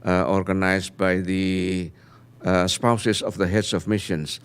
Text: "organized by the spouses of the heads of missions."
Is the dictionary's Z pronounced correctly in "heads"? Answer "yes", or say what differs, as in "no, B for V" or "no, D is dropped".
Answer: no, S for Z